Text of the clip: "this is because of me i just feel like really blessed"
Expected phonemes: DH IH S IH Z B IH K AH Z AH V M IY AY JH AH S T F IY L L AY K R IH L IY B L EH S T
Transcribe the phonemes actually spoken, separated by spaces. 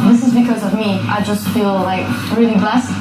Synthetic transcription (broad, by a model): DH IH S IH Z B IH K AH Z AH V M IY AY JH AH S T F IY L L AY K R IH L IY B L EH S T